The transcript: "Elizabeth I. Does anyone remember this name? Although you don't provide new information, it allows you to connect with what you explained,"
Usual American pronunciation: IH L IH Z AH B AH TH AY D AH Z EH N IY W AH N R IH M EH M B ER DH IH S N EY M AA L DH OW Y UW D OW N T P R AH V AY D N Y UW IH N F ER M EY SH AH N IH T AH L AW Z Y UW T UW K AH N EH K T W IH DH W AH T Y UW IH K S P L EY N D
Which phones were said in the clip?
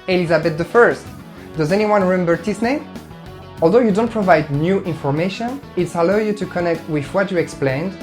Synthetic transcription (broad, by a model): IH L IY Z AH B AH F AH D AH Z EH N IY W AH N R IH M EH M B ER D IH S N EY M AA L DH OW Y UW D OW N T P R AH V AY D N Y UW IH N F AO M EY SH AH N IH T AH L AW Y UW T UW K AH N EH K T W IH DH W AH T Y UW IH K S P L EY N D